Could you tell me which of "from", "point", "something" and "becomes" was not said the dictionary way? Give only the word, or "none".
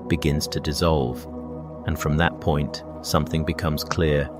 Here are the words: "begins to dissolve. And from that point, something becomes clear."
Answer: none